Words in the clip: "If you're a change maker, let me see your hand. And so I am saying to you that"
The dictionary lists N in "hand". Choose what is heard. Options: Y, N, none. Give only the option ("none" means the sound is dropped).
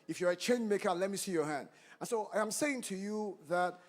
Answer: N